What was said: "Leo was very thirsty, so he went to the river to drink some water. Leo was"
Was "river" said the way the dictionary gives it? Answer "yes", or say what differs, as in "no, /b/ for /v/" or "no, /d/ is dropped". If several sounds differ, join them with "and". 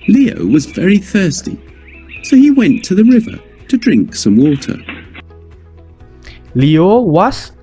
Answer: yes